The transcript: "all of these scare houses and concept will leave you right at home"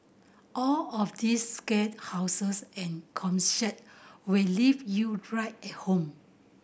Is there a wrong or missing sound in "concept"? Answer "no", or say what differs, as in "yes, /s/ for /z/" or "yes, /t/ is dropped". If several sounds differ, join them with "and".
yes, /p/ is dropped